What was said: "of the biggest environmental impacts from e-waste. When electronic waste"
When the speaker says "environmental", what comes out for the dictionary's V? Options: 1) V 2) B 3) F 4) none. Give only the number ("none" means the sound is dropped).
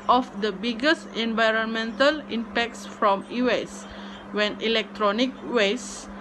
1